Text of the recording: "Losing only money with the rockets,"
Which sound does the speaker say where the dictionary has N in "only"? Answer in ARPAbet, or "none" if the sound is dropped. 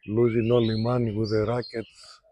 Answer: none